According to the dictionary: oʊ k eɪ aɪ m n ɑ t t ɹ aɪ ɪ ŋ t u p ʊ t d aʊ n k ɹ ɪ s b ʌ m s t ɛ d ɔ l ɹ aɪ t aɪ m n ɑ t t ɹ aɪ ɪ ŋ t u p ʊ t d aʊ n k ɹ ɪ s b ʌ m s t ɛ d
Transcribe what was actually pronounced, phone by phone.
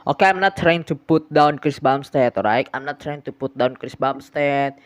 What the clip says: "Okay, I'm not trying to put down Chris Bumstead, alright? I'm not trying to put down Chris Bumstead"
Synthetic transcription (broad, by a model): oʊ k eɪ aɪ m n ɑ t t ɹ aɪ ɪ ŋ t u p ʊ t d aʊ n k ɹ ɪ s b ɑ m s t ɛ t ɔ ɹ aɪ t aɪ m n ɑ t t ɹ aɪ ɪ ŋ t u p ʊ t d aʊ n k ɹ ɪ s b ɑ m s t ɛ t